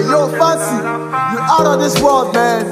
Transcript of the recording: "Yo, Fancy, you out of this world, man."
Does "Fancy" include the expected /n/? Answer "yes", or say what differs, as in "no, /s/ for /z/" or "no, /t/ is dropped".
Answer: no, /n/ is dropped